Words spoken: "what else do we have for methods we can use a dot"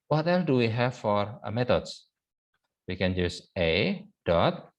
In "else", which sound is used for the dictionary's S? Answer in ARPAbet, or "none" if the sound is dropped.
none